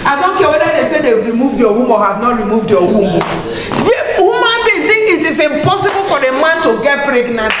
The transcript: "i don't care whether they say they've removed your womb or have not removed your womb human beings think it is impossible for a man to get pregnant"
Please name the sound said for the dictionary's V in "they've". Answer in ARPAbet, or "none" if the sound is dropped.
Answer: W